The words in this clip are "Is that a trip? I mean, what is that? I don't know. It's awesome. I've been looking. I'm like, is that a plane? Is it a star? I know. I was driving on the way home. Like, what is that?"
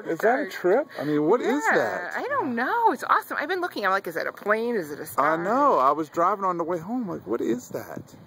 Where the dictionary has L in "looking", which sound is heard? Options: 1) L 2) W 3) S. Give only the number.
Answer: 1